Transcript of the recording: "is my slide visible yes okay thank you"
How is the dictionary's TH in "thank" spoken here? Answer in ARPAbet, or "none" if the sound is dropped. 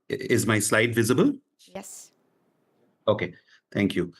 T